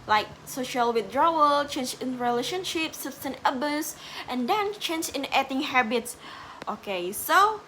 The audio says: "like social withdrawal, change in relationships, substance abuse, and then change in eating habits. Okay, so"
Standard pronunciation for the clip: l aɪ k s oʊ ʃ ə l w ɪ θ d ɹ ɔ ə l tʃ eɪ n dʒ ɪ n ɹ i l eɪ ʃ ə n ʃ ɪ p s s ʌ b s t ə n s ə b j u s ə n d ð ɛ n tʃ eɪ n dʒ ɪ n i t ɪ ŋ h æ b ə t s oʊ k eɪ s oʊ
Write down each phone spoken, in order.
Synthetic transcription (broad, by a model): l aɪ k s oʊ ʃ ə l w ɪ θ d ɹ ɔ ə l tʃ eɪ n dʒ ɪ n ɹ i l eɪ ʃ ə n ʃ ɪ p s s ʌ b s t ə n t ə b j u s ə n d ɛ n tʃ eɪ n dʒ ɪ n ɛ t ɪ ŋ h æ b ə t s oʊ k eɪ s oʊ